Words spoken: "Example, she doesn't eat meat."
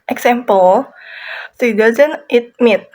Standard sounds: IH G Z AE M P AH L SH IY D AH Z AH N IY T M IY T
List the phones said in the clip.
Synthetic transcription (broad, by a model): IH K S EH M P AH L S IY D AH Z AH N IY T M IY T